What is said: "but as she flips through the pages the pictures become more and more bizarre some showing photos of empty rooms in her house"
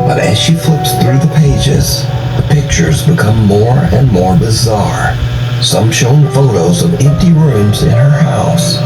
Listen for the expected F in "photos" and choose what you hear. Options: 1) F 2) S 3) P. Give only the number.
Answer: 1